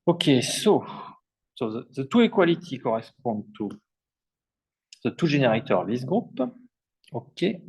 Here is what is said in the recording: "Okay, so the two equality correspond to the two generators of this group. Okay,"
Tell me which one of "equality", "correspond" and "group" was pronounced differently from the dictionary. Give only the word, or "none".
correspond